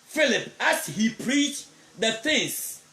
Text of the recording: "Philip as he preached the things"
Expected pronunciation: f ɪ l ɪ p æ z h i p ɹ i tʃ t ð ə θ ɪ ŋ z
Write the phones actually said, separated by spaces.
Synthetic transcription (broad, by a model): f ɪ l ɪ p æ s h i p ɹ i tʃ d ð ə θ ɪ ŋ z